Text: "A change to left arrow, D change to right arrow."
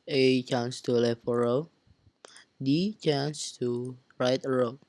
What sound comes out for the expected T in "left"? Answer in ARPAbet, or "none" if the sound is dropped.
none